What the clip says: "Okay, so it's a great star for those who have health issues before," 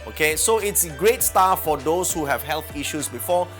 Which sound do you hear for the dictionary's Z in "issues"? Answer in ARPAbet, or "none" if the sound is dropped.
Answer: S